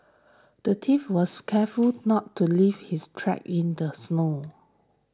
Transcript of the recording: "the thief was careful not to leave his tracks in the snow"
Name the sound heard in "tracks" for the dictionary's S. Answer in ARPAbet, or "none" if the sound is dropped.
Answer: none